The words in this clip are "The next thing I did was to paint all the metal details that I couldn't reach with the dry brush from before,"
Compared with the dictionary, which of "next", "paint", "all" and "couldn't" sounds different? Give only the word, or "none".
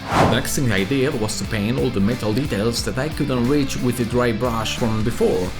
paint